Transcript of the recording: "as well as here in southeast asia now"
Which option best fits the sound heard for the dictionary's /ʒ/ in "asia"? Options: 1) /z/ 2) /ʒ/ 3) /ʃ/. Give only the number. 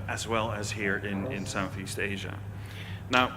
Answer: 2